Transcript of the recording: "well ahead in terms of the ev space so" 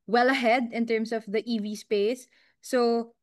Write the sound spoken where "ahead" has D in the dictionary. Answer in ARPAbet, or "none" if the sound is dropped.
D